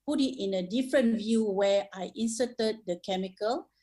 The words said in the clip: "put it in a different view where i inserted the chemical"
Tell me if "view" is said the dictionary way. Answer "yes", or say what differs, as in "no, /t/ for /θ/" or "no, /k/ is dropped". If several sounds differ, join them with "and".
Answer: yes